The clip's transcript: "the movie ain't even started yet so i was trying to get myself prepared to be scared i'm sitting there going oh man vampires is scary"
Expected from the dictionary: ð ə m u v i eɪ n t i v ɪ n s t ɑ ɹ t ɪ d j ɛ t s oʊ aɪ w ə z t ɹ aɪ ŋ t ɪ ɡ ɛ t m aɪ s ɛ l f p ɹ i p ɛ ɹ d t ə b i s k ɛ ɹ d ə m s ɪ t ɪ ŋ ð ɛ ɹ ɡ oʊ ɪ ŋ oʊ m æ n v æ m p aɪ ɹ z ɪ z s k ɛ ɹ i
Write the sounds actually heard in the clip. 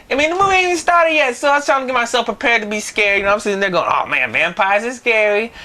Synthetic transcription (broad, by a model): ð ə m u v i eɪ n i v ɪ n s t ɑ ɹ t ɪ d j ɛ t s oʊ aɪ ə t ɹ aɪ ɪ ɡ ɛ t m aɪ s ɛ l f p ɹ i p ɛ ɹ d t ə b i s k ɛ ɹ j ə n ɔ s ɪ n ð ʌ ɹ ɡ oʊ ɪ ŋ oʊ m æ n v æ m p aɪ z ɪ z s k ɛ ɹ i